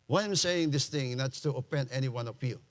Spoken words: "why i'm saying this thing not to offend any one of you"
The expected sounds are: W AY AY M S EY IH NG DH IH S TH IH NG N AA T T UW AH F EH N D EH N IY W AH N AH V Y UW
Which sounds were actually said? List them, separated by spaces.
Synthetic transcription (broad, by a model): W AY AY M S EY IH NG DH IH S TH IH NG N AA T T UW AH P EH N EH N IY W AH N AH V Y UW